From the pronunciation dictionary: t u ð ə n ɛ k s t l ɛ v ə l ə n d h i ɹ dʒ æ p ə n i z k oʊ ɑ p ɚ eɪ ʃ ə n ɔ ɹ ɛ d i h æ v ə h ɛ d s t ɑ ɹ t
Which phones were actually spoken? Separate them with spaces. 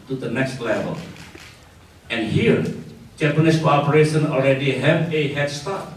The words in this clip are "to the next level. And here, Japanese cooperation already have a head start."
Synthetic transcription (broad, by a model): t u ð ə n ɛ k s t l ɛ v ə l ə n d h i ɹ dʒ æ p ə n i s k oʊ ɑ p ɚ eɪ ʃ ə n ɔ l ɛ d i h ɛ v ə h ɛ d s t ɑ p